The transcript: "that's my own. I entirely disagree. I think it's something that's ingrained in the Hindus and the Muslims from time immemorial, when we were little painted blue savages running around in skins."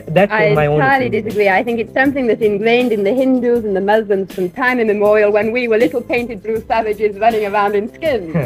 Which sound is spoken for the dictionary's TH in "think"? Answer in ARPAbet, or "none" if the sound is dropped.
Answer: TH